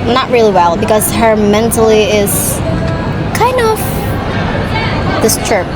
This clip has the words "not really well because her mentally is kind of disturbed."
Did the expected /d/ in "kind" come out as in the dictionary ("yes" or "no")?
yes